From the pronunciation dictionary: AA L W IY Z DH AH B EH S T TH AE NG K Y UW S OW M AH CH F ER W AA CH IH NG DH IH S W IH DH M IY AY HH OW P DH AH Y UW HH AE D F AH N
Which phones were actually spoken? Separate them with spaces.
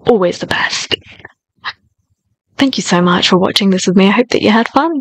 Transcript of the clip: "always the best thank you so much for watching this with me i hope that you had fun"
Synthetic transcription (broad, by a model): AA L W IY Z DH AH B EH S T TH AE NG K Y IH S OW M AH CH F ER W AA CH IH NG DH IH S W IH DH M IY AY HH OW P DH AH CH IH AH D F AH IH